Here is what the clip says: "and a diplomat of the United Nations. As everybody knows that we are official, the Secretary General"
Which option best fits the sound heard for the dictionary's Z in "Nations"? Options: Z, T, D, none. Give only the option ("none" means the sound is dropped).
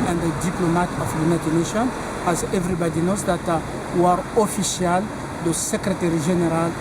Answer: none